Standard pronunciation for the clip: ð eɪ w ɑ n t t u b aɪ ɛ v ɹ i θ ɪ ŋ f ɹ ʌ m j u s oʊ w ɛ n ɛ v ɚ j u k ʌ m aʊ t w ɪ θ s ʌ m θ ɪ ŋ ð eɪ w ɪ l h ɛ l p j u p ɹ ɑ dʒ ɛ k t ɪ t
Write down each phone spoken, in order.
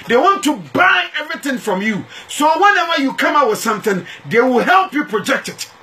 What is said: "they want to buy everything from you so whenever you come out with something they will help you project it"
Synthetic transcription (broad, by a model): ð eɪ w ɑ n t t u b aɪ ɛ v ɹ i θ ɪ ŋ f ɹ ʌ m j u s oʊ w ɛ n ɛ w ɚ j u k ʌ m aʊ w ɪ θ s ʌ m θ ɪ ŋ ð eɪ w ɪ l h ɛ l p j u p ɹ ɑ dʒ ɛ k t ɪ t